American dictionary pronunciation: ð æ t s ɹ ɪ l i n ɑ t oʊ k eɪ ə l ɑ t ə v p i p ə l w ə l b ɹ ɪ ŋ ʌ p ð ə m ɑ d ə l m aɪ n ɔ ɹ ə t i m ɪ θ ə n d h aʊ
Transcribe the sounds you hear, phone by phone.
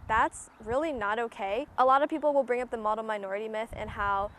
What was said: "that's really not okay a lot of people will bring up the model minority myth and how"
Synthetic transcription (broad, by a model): ð æ t s ɹ ɪ l i n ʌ t oʊ k eɪ ə l ɑ t ə v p i p l w ə l b ɹ ɪ ŋ ʌ p ð ə m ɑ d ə m aɪ n ɔ ɹ ə t i m ɪ θ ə n h aʊ